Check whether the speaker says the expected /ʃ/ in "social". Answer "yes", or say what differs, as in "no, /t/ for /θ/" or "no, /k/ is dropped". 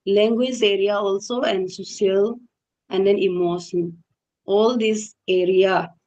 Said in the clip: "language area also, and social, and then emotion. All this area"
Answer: no, /ʃ/ is dropped